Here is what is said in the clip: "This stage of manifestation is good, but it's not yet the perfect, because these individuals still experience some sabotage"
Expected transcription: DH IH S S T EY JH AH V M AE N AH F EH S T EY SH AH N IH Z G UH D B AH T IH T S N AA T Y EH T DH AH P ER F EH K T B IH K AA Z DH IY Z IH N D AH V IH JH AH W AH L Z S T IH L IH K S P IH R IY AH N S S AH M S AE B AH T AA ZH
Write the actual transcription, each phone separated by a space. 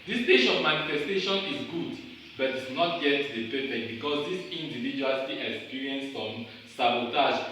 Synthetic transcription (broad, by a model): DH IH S S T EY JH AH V M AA N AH F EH S T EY SH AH N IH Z G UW D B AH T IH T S N AA T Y EH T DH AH P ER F EH K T B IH K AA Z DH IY S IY N D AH V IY JH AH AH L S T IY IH K S P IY R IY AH N S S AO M S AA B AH T AA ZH